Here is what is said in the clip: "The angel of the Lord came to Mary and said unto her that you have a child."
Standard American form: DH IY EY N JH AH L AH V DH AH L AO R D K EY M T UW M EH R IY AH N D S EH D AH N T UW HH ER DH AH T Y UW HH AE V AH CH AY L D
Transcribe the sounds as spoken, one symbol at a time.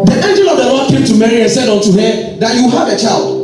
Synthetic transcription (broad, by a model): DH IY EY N JH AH L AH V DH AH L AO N K EY M T UW M EH R IY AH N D S EH D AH N T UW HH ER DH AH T Y UW HH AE V AH CH AY L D